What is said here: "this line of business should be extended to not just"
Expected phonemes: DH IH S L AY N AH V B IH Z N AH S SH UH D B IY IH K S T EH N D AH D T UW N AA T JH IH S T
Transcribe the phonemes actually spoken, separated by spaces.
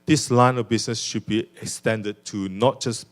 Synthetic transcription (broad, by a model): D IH S L AY N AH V B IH S N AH S SH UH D B IY IH K S T EH N D AH D T UW N AA T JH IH S